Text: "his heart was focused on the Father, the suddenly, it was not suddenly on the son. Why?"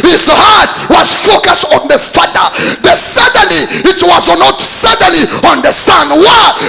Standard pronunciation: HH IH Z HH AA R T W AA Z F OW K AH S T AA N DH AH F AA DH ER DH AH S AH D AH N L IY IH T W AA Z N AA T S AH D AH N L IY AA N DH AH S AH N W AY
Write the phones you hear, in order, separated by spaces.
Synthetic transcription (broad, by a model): HH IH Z HH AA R T W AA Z F OW K AH S T AA N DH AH F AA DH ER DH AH S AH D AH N L IY IH T W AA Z N AA T S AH D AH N L IY AA N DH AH S AH N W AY